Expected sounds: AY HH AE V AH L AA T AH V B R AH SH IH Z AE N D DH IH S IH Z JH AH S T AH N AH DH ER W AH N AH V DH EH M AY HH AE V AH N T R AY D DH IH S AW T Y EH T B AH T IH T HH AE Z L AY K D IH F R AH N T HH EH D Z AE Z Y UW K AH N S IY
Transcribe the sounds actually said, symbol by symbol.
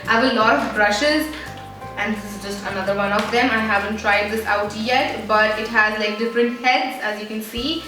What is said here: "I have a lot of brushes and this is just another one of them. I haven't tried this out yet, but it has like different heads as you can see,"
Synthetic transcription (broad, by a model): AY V AH L AA T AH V B R AH SH IH Z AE N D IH IH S IH Z JH AH S T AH N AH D ER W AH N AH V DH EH M AY HH AE V AH N T R AY D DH IH S AW T Y EH T B AH T IH T HH AE Z L AY K D IH F R AH N T HH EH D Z AE Z Y UW K AH N S IY